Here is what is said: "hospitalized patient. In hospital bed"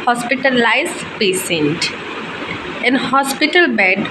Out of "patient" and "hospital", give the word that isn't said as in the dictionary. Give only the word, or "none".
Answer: patient